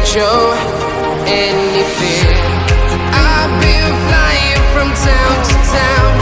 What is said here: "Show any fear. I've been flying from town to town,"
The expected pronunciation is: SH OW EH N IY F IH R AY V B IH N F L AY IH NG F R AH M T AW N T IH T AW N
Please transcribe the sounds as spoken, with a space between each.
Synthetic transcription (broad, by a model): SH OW EH N IY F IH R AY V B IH L F L AY IH NG F R AH M T AW N T IH T AW N